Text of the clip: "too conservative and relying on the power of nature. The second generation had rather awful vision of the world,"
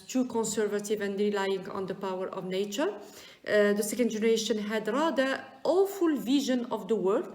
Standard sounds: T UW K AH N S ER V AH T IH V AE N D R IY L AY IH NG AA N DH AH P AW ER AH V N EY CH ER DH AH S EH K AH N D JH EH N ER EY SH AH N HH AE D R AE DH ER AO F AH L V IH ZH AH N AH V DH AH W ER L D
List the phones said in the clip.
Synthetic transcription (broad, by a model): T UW K AH N S ER V AH T IH V AE N D R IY L AY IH NG AA N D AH P AW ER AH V N EY CH ER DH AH S EH K AH N D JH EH N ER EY SH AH N HH AE D R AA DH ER AO F AH L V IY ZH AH N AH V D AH W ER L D